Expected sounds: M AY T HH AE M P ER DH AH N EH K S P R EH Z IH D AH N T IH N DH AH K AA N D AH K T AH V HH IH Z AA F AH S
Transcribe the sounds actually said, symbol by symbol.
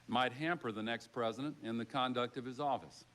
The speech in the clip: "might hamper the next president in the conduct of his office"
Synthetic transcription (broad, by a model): M AY T HH AE M P ER DH AH N EH K S P R EH Z IH D AH N T IH N DH AH K AA N D AH K T AH V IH Z AA F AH S